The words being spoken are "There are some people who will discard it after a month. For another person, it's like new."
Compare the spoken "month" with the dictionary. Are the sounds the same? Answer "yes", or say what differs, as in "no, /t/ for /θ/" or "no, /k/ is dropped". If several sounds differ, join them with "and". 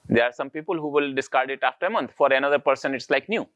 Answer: no, /t/ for /θ/